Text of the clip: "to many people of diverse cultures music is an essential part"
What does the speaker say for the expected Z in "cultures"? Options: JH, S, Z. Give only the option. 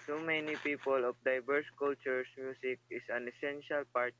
S